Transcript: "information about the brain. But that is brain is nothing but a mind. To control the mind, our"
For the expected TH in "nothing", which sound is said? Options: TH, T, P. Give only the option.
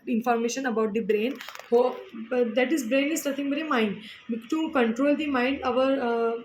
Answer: T